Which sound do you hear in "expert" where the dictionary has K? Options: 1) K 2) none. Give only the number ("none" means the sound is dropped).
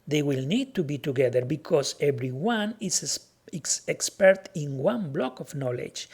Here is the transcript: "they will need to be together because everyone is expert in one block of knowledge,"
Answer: 1